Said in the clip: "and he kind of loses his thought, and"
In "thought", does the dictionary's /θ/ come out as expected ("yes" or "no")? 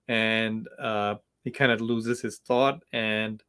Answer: yes